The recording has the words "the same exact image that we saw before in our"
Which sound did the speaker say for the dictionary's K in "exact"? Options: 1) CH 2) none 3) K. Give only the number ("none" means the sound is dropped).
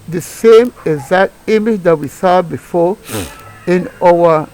2